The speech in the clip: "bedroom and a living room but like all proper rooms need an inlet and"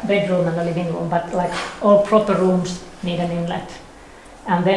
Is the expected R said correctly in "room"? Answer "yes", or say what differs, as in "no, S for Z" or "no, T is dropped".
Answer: no, L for R